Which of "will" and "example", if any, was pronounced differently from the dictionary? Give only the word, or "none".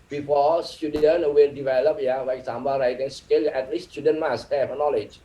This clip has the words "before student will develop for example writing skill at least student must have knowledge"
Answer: example